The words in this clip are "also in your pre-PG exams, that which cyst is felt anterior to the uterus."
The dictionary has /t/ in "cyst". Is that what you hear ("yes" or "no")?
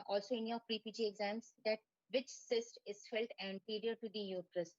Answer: yes